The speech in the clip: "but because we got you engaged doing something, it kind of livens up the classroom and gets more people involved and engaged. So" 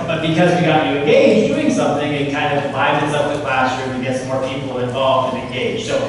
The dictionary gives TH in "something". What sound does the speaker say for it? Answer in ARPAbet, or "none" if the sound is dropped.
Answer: TH